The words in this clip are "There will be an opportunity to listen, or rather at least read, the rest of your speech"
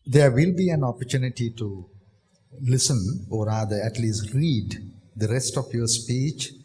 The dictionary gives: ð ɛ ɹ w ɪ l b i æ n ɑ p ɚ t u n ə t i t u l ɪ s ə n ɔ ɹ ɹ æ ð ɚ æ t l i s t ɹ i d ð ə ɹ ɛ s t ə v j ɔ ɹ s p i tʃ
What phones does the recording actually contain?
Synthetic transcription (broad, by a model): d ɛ ɹ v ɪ l b i æ n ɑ p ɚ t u n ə t i t u l ɪ s ə n ɔ ɹ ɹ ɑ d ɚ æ t l i s t ɹ i d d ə ɹ ɛ s t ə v j ɔ ɹ s p i tʃ